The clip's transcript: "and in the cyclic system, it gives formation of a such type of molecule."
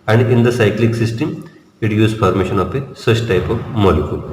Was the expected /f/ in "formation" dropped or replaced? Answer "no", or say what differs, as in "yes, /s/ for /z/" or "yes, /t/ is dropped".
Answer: yes, /p/ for /f/